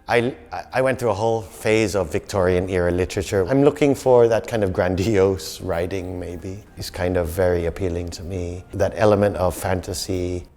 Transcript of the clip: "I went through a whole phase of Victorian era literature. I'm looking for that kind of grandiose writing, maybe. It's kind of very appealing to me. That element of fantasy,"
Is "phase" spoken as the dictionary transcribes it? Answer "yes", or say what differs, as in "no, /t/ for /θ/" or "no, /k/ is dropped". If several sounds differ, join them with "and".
yes